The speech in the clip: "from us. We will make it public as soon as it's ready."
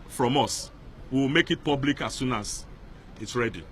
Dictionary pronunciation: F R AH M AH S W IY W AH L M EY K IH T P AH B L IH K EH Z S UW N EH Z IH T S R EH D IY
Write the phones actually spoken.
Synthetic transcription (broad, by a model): F R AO M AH S W IY W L M EY K IH T P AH B L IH K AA S UW N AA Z IH T S R EH D IY